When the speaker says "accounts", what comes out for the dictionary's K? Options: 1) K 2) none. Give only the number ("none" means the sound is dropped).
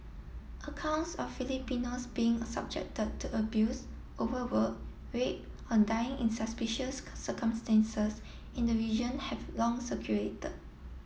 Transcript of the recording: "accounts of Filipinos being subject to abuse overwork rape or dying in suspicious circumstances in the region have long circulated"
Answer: 1